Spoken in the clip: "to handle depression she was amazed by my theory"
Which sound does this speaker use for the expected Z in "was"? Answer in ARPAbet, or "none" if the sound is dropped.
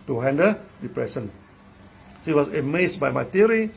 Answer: S